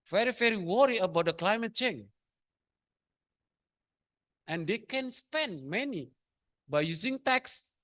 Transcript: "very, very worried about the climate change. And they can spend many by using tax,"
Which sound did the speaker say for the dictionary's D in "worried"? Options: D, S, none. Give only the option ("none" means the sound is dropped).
none